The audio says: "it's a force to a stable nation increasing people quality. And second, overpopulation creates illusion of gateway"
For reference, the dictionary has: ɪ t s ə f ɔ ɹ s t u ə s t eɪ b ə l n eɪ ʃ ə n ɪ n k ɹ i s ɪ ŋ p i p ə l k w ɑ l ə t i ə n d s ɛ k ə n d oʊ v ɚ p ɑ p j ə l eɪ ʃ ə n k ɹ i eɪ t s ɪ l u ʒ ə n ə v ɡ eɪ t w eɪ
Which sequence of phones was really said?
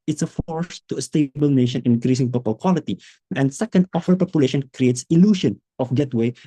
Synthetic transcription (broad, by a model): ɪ t s ə f ɔ ɹ s t u ə s t eɪ b ə l n eɪ ʃ ə n ɪ n k ɹ i s ɪ ŋ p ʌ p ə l k w ɑ l ə t i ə n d s ɛ k ə n d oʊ f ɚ p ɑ p j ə l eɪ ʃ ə n k ɹ i eɪ t s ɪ l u ʃ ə n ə f ɡ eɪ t w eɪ